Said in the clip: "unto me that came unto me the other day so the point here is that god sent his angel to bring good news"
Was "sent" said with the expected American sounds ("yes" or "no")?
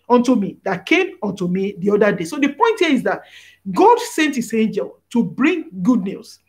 yes